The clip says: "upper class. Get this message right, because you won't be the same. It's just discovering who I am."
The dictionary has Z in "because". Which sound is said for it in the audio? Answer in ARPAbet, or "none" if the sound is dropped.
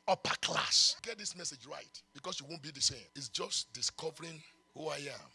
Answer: S